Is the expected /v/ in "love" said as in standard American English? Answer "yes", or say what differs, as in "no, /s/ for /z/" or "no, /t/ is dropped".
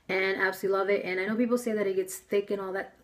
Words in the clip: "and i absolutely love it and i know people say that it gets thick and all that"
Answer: yes